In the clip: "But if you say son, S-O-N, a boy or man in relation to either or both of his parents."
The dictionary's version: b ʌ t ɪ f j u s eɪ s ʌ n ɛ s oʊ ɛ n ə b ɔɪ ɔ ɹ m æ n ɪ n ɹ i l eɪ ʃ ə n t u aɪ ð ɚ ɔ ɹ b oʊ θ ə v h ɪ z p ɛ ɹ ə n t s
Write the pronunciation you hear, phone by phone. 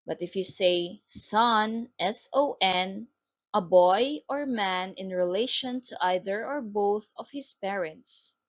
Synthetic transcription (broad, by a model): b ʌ t ɪ f j u s eɪ s ʌ n ɛ s oʊ ɛ n ə b ɔɪ ɔ ɹ m æ n ɪ n ɹ i l eɪ ʃ ə n t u aɪ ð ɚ ɔ ɹ b oʊ θ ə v h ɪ s p ɛ ɹ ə n t s